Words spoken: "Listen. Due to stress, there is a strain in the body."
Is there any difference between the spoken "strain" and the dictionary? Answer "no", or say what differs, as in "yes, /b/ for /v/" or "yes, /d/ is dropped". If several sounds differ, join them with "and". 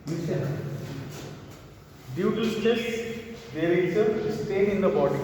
yes, /ɹ/ is dropped